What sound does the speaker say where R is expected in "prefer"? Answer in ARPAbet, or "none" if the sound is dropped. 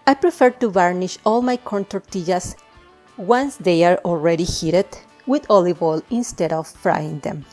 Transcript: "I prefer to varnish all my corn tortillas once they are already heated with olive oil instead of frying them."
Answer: R